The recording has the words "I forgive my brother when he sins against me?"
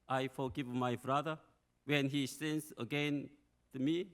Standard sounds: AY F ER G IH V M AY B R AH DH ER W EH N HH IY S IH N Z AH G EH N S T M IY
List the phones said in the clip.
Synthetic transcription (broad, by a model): AY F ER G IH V M AY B R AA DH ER W EH N HH IY S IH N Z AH G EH N T M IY